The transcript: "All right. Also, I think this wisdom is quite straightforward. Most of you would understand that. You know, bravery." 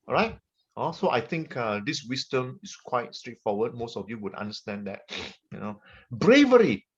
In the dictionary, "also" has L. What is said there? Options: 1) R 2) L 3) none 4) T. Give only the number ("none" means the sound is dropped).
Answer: 3